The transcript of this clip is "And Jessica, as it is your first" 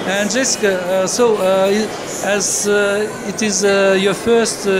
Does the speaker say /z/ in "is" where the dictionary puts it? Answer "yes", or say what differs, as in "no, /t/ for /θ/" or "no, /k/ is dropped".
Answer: yes